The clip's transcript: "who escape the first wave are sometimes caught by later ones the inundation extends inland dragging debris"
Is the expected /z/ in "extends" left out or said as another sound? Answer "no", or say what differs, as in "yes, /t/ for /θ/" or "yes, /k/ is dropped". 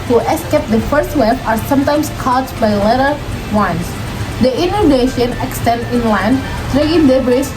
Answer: yes, /z/ is dropped